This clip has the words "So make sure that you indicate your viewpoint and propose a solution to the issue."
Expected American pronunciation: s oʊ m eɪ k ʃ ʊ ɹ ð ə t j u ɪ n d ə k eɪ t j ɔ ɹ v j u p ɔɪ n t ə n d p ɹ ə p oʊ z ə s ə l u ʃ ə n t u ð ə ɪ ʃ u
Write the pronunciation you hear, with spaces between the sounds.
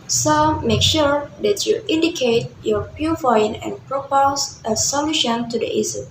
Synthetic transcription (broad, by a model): s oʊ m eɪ k ʃ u ɹ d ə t j u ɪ n d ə k eɪ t j ɔ ɹ p j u f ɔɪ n ə n p ɹ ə p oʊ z ə s ə l u ʃ ə n t u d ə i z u